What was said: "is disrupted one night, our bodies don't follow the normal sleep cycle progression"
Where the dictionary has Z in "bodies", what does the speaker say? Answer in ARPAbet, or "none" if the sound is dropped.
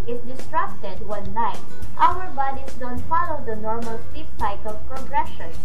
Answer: S